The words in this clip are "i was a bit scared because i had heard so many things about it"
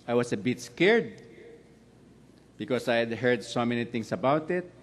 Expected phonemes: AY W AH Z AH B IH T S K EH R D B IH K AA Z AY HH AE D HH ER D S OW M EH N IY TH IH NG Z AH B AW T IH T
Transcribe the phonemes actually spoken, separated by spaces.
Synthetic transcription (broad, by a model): AY W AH S AH B IH T S K EH R D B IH K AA S AY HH D HH ER D S OW M EH N IY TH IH NG S AH B AW T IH T